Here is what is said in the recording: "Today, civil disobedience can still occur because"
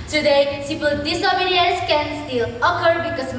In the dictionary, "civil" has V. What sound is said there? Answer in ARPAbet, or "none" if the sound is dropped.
P